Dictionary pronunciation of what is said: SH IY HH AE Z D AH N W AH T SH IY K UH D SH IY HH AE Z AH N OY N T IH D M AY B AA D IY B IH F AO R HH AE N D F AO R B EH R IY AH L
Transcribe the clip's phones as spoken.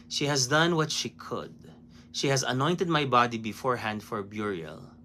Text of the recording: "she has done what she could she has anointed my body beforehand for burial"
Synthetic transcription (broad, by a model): SH IY HH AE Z D AH N W AH T SH IY K UH D SH IY HH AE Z AH N OY N T IH D M AY B AA D IY B IH F AO R HH AE N D F AO R B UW R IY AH L